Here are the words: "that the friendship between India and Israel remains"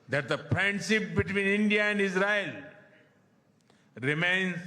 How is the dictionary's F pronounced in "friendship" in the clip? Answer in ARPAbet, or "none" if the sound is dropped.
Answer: P